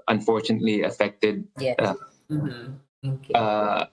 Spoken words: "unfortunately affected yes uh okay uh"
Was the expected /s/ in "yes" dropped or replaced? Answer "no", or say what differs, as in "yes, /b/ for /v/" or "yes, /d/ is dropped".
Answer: yes, /s/ is dropped